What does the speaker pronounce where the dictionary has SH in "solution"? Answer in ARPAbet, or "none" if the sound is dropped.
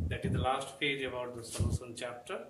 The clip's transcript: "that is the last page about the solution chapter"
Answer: S